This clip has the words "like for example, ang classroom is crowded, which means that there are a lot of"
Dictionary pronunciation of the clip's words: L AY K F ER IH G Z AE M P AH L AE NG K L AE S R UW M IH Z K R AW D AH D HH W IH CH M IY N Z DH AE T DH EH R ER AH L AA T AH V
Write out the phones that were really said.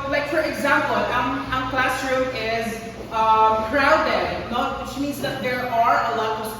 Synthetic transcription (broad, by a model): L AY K F ER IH G Z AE M P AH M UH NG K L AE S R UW IH Z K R AW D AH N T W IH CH M IY N Z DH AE T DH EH R ER AH L AA T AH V